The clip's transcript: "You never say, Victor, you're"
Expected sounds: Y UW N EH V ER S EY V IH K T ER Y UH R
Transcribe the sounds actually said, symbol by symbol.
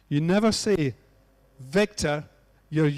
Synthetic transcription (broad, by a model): Y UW N EH V ER S EY V IH K T ER Y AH R